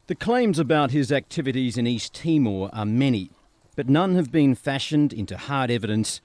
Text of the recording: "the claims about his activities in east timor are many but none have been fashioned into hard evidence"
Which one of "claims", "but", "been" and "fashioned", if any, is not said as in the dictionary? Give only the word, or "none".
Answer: none